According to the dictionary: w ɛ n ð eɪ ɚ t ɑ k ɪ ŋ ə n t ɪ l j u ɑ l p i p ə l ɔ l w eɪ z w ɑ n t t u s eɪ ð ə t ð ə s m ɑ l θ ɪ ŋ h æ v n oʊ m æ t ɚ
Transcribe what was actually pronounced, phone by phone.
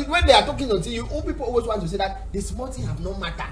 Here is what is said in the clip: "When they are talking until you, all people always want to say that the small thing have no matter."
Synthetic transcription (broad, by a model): w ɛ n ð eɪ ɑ t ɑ k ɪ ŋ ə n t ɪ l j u ɑ l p i p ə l ɔ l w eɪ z w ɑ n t t u s eɪ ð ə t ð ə s m ɑ l t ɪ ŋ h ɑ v n oʊ m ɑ t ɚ